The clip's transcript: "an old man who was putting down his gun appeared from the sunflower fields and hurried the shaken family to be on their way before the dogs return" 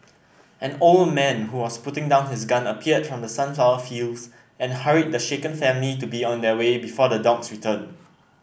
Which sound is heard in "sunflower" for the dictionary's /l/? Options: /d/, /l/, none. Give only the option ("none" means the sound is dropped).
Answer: none